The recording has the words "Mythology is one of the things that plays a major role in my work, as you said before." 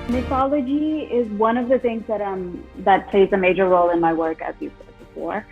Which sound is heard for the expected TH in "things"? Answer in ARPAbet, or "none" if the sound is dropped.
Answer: TH